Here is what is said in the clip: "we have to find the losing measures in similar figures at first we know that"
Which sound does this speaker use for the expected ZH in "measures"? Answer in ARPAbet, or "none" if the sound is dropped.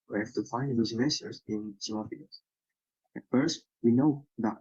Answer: S